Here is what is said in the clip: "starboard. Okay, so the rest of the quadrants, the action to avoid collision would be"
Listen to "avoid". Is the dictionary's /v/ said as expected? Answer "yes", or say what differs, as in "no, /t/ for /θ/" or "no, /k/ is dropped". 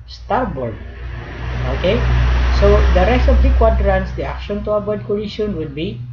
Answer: no, /b/ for /v/